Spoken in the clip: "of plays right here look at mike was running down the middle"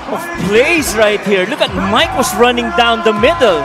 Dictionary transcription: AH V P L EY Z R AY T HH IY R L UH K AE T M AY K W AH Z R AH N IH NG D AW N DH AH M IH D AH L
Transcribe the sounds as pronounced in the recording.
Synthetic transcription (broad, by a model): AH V P L EY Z R AY T HH IY R L UH K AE T M AY K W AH S R AH N IH NG D AW N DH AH M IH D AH L